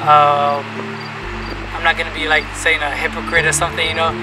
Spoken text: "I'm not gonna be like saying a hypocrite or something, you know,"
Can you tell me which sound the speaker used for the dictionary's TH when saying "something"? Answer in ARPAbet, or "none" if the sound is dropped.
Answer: TH